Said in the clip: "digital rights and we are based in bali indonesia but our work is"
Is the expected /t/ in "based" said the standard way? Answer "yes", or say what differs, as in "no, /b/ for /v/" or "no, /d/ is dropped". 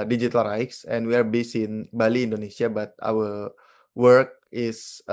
no, /t/ is dropped